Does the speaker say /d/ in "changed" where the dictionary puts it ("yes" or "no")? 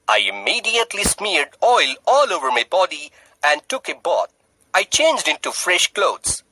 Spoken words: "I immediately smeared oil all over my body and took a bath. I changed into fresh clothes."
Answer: yes